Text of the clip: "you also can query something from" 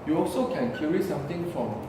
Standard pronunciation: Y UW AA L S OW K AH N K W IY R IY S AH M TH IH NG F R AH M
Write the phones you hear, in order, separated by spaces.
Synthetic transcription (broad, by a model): Y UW AA L S OW K AH N K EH R IY S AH M T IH NG F R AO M